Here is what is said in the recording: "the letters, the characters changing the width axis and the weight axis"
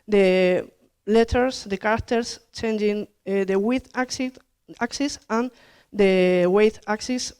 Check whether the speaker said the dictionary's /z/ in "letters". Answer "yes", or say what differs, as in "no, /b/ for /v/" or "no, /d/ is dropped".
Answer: no, /s/ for /z/